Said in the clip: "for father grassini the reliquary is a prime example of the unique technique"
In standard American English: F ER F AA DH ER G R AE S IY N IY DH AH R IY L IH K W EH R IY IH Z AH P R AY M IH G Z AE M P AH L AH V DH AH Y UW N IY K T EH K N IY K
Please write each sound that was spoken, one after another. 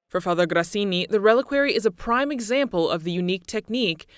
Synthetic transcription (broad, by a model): F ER F AA DH ER G R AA S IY N IY DH AH R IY L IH K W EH R IY IH Z AH P R AY M IH G Z AE M P AH L AH V DH AH Y UW N IY K T EH K N IY K